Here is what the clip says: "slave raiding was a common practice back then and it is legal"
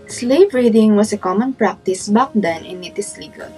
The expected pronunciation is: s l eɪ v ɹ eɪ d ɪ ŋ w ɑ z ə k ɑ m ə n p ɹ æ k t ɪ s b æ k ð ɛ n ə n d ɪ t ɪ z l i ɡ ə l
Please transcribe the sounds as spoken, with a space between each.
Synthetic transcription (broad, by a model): s l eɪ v ɹ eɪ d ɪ ŋ w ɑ s ə k ɑ m ə n p ɹ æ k t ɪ s b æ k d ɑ n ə n ɪ t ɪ s l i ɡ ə l